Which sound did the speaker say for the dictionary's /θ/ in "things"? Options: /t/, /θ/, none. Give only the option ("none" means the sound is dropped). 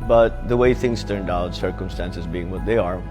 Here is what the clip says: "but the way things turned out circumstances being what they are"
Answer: /θ/